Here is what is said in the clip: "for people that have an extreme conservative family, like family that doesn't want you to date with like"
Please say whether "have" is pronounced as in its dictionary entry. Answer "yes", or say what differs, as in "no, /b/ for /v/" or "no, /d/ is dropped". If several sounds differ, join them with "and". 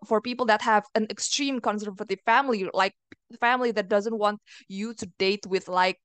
yes